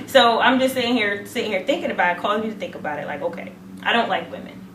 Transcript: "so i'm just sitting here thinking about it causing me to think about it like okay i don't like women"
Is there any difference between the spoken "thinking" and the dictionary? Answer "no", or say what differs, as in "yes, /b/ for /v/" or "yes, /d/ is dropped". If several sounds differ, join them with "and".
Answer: no